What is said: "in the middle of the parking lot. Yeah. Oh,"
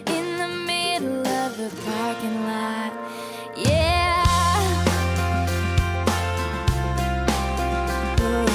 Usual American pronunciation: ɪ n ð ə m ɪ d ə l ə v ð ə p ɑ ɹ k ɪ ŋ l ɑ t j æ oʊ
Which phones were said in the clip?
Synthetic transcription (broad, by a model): ɪ n ð ə m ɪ d l ə v ð ə f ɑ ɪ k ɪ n l ɑ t j æ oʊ